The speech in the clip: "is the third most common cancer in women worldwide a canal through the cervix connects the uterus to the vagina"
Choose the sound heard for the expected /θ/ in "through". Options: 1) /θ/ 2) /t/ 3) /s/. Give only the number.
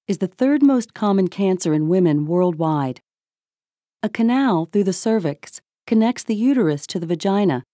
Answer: 1